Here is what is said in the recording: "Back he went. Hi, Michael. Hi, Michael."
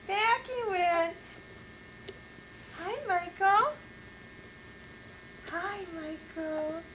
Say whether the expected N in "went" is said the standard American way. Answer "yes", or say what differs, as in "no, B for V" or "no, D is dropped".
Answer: no, N is dropped